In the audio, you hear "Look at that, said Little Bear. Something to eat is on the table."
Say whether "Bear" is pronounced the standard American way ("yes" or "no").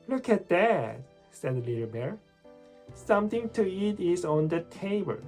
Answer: yes